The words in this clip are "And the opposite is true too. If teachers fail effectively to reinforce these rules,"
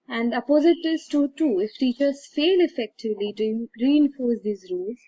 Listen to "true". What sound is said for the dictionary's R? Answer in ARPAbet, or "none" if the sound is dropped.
none